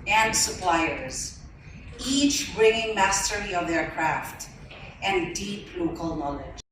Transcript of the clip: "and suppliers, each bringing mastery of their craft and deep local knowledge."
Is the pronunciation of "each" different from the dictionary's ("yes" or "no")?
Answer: no